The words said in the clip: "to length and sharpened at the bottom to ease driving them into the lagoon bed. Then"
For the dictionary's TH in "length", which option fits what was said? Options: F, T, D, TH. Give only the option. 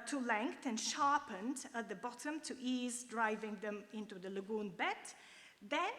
T